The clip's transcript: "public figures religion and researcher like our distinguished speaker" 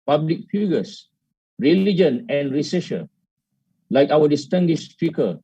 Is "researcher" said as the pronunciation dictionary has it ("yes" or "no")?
no